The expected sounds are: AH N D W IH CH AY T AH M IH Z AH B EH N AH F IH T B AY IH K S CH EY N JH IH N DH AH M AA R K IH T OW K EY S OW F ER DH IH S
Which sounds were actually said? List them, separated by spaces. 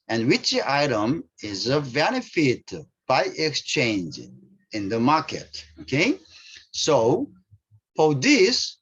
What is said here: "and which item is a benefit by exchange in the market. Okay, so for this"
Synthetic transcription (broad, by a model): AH N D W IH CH AY T AH M IH Z AH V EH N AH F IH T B AY IH K S CH EY N JH IH N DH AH M AA R K IH T OW K EY S OW P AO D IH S